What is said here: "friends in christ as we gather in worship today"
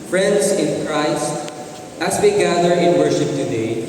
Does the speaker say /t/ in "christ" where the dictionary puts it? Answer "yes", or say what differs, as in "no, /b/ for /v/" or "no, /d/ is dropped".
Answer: yes